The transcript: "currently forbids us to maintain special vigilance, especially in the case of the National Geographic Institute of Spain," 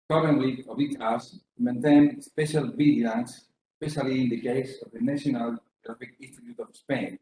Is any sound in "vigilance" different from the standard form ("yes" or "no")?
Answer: yes